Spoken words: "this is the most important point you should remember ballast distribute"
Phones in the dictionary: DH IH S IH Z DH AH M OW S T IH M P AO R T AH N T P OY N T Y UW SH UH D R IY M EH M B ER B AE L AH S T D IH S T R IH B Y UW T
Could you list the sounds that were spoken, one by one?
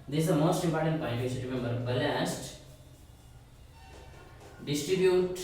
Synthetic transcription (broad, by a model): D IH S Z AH M OW S T IH M P AO R T AH N T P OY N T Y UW S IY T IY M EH M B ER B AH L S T D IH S T R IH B Y UW T